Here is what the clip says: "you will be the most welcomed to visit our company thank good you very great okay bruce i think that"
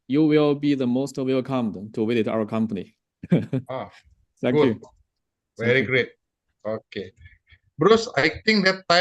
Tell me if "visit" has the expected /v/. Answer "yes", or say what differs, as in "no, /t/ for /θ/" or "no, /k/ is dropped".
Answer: no, /w/ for /v/